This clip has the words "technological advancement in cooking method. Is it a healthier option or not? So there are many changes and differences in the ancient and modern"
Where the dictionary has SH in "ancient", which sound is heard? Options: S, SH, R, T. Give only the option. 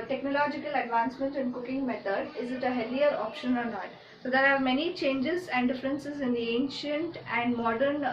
SH